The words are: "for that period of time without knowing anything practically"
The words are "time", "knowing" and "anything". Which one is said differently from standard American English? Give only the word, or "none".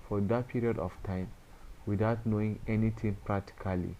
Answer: anything